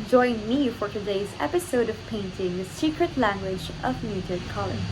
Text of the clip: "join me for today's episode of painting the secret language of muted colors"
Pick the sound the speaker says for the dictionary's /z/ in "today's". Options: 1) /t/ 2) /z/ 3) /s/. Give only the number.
2